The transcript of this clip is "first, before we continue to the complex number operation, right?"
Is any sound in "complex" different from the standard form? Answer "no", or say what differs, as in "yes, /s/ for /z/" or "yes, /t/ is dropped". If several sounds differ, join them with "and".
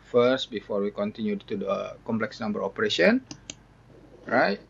no